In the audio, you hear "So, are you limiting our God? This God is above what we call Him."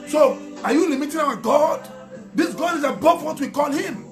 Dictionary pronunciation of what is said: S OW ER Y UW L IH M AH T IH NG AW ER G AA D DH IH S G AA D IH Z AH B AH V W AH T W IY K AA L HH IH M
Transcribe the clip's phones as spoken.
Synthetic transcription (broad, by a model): S OW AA Y UW L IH M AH T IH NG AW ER G AA D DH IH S G AA D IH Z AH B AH F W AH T W IY K AA L HH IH M